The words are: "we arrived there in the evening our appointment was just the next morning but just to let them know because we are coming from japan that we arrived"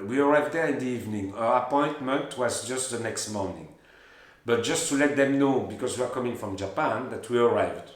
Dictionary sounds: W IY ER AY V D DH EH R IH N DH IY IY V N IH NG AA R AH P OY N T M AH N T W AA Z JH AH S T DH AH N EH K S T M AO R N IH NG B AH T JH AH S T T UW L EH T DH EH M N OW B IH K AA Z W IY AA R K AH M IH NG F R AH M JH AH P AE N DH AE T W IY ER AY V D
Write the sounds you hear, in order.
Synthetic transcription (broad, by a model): W IY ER AY V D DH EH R IH N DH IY IY V N IH NG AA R AH P OY N T M AH N T W AA Z JH AH S T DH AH N EH K S T M AO R N IH NG B AH T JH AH S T T UW L EH T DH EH M N OW B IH K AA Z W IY AA R K AH M IH NG F R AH M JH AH P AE N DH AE T W IY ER AY V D